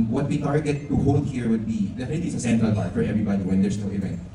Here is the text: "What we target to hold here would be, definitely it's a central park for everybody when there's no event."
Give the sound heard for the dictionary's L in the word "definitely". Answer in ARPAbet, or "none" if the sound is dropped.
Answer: none